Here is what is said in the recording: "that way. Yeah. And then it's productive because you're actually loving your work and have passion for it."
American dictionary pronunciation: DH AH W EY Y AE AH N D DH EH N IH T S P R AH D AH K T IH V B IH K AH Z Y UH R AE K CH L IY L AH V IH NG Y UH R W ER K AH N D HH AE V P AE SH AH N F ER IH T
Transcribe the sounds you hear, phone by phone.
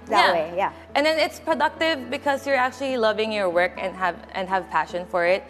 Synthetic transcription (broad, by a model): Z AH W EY Y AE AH N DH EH N IH T S P R AH D AH K T IH V B IH K AH Z Y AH R AE K CH L IY L AH V IH NG Y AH R W ER K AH N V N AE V P AE SH AH N F ER IH T